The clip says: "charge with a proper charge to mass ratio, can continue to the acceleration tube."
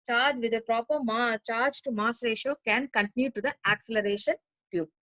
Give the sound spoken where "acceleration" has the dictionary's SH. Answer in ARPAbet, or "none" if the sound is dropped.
SH